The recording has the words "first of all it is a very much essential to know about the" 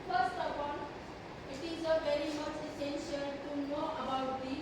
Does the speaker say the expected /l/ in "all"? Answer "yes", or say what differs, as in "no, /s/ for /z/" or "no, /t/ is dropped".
no, /n/ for /l/